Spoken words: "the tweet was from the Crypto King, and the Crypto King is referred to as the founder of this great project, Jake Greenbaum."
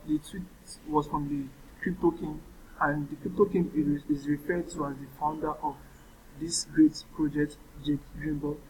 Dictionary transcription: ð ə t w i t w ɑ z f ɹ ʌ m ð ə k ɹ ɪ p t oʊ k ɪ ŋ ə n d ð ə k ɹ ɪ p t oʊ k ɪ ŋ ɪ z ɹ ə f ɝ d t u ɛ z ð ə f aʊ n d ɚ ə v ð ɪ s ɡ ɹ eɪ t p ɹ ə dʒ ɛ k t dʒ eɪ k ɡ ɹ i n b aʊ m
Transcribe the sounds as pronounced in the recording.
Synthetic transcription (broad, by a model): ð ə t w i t w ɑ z f ɹ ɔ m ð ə k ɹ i p t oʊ k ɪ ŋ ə n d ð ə k ɹ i p t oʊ k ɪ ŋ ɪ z ɹ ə f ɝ d t u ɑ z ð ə f aʊ n d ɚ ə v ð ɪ s ɡ ɹ eɪ t p ɹ ə dʒ ɛ k t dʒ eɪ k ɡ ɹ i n b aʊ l